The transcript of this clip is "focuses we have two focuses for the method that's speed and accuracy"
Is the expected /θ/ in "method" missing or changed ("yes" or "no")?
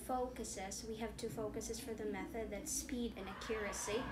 no